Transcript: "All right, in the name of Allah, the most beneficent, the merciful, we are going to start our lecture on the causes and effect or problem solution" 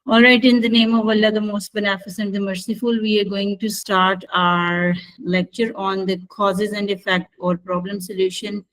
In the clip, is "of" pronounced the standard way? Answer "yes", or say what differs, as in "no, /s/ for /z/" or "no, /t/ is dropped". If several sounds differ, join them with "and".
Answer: yes